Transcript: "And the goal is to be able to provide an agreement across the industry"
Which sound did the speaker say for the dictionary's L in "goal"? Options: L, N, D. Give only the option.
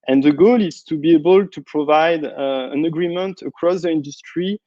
L